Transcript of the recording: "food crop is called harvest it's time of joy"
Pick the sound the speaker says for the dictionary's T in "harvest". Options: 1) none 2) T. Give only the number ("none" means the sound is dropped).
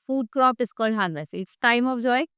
1